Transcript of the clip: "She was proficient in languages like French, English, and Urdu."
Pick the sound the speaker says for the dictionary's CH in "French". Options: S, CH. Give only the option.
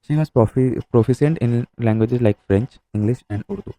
CH